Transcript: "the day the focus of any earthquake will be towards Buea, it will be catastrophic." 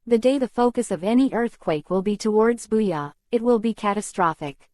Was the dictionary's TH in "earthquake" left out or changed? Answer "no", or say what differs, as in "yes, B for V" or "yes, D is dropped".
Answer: no